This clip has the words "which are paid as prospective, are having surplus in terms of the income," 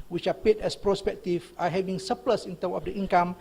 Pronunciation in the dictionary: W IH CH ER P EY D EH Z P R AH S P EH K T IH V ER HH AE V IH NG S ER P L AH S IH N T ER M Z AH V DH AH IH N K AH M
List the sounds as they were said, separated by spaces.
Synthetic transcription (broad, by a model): W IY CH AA P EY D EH S P R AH S P EH K T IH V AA HH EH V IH NG S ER P L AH S IH N T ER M AH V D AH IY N K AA M